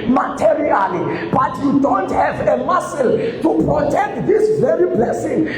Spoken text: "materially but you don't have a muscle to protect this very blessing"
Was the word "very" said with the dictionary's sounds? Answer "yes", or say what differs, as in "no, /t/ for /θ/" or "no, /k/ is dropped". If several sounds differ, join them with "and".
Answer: yes